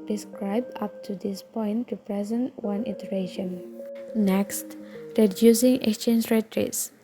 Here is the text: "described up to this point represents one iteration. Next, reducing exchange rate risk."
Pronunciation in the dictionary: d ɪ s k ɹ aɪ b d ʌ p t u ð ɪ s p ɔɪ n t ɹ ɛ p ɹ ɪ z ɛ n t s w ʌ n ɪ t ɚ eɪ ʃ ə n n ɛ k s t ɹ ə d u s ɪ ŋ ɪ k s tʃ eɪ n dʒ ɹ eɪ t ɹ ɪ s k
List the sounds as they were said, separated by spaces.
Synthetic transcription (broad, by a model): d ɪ s k ɹ aɪ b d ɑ p t u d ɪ s p ɔɪ n t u p ɹ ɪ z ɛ n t w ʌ n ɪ t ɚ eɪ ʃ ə n n ɛ k s t ɹ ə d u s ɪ ŋ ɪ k s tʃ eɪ n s ɹ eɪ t ɹ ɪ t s